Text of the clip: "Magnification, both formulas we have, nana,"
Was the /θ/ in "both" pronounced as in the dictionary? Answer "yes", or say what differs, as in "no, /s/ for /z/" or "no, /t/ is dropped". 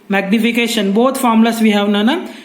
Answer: no, /t/ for /θ/